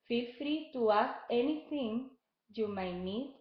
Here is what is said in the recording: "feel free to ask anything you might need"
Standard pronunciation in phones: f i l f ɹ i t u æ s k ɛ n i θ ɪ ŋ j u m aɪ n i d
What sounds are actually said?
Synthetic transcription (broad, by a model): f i f ɹ i t u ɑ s ɛ n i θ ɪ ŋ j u m aɪ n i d